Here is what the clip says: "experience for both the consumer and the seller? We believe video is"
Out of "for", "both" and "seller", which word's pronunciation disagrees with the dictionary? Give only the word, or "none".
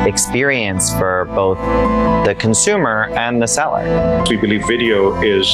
none